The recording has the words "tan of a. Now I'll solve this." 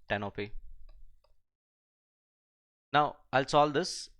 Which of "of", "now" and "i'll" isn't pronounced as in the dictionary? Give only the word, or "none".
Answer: of